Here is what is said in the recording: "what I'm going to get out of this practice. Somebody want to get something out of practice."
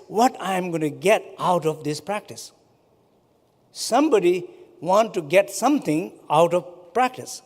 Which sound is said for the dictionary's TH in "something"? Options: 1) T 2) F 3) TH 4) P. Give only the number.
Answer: 1